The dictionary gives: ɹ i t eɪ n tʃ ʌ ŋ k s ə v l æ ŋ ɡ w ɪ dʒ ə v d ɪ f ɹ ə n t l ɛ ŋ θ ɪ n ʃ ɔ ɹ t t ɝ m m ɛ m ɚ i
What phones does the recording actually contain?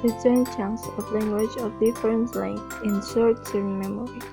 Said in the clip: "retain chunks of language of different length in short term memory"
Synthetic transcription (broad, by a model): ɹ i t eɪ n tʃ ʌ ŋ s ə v l æ ŋ ɡ w ɪ dʒ ə v d ɪ f ɹ ə n t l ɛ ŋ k ɪ n s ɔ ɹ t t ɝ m m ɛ m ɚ i